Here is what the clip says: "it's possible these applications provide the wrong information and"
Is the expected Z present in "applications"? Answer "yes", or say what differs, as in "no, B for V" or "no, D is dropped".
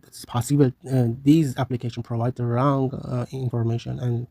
no, Z is dropped